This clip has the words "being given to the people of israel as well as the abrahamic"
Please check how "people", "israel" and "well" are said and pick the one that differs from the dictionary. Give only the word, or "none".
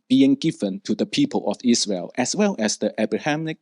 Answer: israel